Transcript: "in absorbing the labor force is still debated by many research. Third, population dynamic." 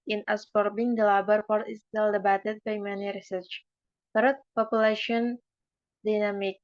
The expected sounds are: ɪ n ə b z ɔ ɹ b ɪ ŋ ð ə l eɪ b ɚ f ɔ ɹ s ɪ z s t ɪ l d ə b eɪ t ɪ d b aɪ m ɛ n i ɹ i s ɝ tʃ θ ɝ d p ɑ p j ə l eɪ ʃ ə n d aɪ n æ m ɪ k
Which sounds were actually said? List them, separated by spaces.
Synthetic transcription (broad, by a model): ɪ n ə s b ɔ ɹ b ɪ ŋ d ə l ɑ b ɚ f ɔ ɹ ɪ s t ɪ l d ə b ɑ t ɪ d b aɪ m ɛ n i ɹ i s ɝ tʃ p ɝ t p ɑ p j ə l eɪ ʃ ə n d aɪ n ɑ m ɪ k